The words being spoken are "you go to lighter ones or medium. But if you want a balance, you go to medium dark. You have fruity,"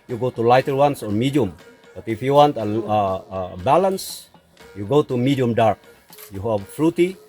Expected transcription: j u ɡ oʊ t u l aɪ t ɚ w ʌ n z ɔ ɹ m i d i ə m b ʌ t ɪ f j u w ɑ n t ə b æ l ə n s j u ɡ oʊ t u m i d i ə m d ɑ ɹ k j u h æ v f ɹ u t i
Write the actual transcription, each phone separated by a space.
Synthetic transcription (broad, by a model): j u ɡ oʊ t u l aɪ t ɚ w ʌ n s ɔ ɹ m i d i ə m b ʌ t ɪ f j u w ɑ n t ə b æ l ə n s j u ɡ oʊ t u m i d i ə m d ɑ ɹ k j u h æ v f ɹ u t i